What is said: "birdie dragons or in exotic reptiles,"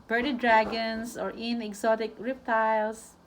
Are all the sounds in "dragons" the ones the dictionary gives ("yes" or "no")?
no